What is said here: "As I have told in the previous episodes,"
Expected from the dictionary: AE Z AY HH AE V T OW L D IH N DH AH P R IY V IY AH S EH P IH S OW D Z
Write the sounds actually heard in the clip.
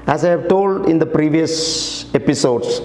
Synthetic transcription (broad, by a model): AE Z AY HH AE V T OW L D IH N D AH P R IY V IY AH S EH P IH S OW D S